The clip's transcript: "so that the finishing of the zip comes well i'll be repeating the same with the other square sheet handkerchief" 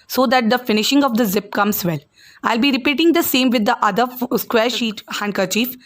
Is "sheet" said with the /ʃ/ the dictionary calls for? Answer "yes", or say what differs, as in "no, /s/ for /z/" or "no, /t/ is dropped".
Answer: yes